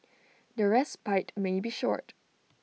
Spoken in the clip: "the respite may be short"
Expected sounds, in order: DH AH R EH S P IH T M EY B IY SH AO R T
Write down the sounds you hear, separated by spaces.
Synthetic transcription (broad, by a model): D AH R EH S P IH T M EY B IY SH AO R T